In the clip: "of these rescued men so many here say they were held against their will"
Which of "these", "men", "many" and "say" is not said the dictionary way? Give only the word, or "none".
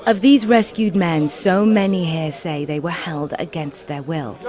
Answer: none